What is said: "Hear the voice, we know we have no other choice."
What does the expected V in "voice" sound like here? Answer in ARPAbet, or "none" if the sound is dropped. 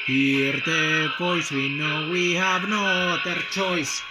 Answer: P